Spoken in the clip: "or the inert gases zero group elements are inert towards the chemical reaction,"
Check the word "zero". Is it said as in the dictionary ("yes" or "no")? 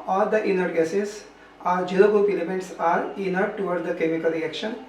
no